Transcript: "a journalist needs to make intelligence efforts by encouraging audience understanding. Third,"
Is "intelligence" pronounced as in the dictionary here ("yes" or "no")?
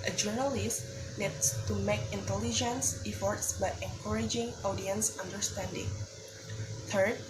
yes